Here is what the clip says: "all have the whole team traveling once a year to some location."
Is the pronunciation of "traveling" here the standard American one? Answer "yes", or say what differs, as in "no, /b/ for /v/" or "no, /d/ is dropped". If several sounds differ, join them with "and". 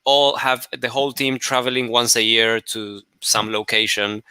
yes